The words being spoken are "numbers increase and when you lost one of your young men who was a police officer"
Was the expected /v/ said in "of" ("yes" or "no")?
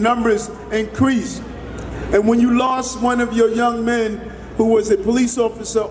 yes